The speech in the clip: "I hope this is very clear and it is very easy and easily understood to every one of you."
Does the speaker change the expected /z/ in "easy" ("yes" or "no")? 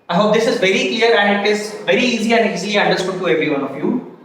no